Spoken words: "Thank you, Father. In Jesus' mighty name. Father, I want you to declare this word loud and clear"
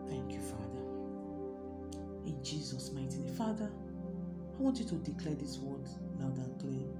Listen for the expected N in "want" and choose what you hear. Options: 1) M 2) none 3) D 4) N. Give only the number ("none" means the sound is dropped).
4